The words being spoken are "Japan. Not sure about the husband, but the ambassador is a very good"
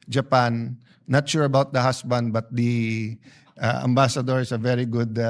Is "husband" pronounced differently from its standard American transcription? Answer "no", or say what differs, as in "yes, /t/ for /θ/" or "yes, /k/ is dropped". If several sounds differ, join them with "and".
yes, /s/ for /z/